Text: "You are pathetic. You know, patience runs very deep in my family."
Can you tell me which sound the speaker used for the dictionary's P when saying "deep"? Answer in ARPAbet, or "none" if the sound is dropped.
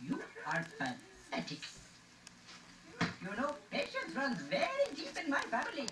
P